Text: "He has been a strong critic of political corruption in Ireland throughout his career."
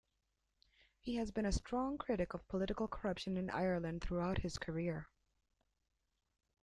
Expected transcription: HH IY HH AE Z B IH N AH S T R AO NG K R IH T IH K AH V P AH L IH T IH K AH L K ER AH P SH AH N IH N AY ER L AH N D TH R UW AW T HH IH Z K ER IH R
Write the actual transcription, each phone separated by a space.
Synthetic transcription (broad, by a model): HH IY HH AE Z B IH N AH S T R AO NG K R IH T IH K AH V P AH L IH T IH K L K ER AH P SH AH N IH N AY ER L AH N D TH R UW AW T HH IH Z K ER IH R